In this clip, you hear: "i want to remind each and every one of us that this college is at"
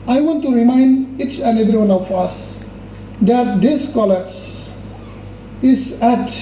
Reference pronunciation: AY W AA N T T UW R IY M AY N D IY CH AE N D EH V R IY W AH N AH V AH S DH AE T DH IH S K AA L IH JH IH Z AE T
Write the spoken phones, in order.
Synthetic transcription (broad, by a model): AY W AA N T T UW R IY M AY N D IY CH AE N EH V R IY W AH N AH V AH S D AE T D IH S K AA L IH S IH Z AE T